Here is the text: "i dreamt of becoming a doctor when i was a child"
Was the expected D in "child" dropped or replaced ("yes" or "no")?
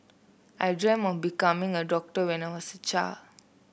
yes